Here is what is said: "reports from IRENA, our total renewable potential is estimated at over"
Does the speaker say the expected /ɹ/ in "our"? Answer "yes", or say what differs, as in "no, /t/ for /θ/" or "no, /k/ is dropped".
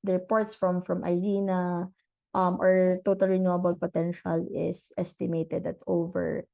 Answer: yes